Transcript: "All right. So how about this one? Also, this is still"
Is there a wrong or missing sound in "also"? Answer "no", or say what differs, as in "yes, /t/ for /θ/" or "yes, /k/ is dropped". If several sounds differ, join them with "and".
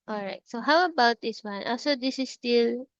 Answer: yes, /l/ is dropped